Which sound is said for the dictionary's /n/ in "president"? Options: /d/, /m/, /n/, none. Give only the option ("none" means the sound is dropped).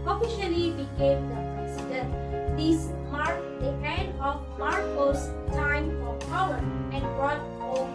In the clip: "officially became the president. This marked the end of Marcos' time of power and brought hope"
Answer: none